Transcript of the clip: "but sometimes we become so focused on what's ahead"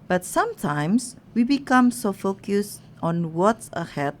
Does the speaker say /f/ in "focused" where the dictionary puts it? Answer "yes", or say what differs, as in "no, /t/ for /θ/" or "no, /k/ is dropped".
yes